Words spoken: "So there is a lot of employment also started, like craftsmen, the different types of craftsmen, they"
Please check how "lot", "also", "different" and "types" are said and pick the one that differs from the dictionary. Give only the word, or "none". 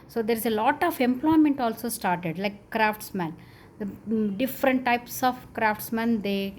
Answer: none